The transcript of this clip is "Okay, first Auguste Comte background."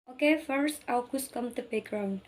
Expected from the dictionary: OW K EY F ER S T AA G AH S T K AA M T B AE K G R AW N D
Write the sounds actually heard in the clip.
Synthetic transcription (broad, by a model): OW K EY F ER S T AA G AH S K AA M T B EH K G R AW N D